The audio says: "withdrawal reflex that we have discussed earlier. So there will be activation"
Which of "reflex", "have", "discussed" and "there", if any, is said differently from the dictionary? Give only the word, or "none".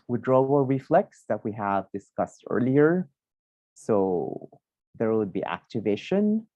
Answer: none